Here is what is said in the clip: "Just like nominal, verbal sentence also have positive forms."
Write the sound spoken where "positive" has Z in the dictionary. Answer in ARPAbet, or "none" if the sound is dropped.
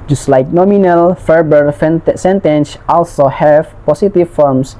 S